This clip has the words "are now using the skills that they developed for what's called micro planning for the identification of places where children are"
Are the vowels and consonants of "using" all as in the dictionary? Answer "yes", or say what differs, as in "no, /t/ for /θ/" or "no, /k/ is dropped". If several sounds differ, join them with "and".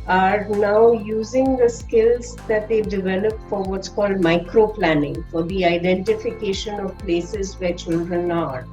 yes